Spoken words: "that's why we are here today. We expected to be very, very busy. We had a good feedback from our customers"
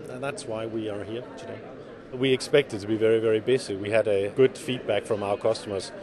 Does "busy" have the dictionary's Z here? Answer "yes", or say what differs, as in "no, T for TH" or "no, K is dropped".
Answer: no, S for Z